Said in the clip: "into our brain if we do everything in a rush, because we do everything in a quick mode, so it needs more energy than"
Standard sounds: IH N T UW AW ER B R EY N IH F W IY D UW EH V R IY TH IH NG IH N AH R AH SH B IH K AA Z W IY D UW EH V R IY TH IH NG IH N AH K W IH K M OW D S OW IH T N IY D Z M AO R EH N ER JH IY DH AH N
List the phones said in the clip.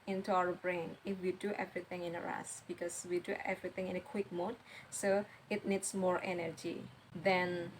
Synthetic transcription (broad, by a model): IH N T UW AW ER B R EY N IH F W IY D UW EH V R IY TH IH NG IH N AH R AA S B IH K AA S W IY D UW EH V R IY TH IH NG IH N AH K W IH K M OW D S OW IH T N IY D S M AO R EH N ER JH IY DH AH N